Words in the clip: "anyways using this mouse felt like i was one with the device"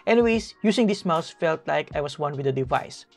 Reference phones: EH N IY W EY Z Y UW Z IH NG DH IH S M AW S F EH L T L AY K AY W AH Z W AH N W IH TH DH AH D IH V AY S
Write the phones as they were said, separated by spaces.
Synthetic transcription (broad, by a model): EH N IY W EY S Y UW S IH NG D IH S M AW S F EH L T L AY K AY W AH S W AH N W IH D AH D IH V AY S